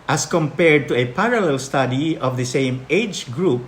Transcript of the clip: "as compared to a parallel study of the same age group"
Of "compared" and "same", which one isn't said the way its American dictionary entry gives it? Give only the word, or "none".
none